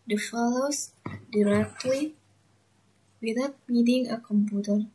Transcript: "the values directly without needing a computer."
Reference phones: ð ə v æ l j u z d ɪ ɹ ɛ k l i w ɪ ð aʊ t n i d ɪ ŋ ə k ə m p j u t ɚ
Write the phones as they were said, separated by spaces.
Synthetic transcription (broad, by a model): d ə f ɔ l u s d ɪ ɹ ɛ k l i w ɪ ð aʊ t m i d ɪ ŋ ə k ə m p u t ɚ